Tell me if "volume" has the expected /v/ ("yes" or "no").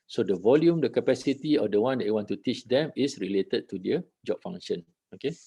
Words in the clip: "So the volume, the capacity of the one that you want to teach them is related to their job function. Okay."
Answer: yes